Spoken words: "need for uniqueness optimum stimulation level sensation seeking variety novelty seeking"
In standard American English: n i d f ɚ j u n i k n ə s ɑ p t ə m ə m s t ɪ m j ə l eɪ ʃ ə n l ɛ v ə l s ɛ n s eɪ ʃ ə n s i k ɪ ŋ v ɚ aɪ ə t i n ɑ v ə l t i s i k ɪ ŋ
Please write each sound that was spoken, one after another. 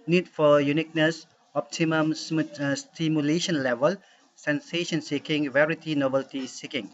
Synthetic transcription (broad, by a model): n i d f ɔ j u n i k n ə s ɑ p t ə m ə m s t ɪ m j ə l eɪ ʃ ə n l ɛ v ə l s ɛ n s eɪ ʃ ə n s i k ɪ ŋ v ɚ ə t i n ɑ b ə l t i s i k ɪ ŋ